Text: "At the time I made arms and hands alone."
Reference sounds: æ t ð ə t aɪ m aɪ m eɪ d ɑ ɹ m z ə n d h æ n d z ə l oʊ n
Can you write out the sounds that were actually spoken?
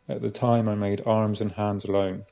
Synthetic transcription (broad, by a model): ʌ t ð ə t aɪ m aɪ m eɪ d ɑ ɹ m z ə n h æ n d z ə l oʊ n